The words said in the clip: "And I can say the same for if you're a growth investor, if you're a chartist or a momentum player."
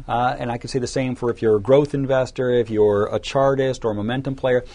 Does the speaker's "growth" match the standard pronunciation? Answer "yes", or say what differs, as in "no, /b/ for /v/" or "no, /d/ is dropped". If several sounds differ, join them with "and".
yes